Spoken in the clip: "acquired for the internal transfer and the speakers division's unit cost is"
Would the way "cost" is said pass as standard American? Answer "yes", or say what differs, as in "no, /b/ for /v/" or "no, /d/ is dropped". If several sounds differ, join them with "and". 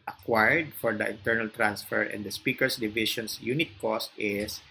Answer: yes